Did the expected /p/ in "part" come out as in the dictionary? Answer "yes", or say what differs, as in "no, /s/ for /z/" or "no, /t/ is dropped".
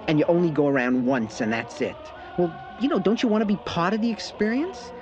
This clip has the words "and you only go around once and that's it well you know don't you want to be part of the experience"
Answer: yes